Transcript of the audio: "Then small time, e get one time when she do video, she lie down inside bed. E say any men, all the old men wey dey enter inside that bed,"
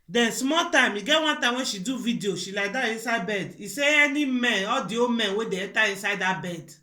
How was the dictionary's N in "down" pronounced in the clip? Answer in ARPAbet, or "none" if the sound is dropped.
none